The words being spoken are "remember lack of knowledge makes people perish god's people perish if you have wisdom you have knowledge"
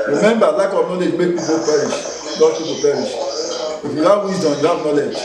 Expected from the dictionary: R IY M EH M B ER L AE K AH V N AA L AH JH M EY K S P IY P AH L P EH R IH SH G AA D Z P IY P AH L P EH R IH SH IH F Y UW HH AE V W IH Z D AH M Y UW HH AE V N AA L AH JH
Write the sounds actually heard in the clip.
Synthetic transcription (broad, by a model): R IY M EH M B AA L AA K AH V N AA L AH JH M EY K P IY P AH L P EH R IH SH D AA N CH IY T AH P EH R IH SH IH F Y UW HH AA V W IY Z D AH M Y UW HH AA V N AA L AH JH